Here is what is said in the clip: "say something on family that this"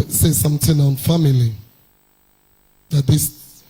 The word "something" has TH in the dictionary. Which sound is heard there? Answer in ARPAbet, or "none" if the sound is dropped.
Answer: T